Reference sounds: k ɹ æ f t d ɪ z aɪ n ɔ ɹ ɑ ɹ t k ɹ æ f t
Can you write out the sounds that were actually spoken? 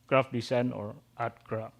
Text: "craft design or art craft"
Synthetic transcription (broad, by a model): k ɹ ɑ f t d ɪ s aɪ n ɔ ɹ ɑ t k ɹ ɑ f